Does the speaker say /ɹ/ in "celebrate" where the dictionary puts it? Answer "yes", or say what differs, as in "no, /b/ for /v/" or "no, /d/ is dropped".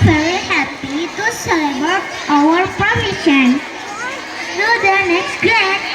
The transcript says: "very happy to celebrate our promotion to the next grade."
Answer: no, /ɹ/ is dropped